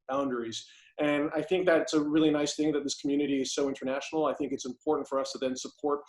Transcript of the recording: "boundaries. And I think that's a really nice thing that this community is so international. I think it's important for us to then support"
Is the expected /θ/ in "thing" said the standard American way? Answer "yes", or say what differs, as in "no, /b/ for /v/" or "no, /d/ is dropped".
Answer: yes